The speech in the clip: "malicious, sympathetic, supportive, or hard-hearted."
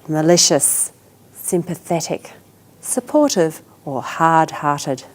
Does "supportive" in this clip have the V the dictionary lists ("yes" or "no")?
yes